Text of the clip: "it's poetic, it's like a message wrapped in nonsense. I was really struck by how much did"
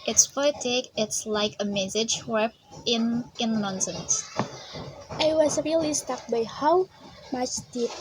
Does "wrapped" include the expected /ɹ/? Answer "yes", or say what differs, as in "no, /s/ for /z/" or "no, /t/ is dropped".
no, /w/ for /ɹ/